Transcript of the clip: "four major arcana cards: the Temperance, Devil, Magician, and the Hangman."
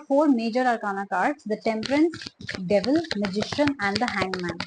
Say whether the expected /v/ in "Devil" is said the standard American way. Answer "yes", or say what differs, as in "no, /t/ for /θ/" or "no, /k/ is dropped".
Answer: yes